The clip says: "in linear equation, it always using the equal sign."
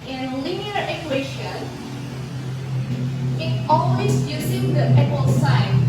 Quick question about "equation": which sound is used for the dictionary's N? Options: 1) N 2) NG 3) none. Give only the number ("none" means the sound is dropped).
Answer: 3